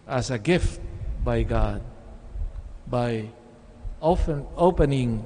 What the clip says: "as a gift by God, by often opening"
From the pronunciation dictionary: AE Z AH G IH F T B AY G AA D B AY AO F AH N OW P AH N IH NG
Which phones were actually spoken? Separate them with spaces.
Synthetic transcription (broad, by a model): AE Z AH G IH F T B AY G AA D B AY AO AH P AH N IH NG